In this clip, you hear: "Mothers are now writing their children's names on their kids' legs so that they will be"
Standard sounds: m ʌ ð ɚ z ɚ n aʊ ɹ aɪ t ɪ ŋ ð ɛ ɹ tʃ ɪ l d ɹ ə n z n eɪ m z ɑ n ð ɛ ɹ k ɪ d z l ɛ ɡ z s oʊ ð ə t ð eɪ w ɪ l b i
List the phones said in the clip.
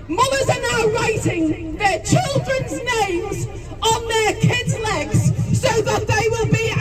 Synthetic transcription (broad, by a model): m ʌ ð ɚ z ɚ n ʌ ɹ aɪ t ɪ ŋ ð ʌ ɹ tʃ ɪ l d ɹ ə n z n eɪ m z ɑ n ð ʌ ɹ k ɪ d z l ɛ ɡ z s oʊ ð ə t ð eɪ w ɪ l b i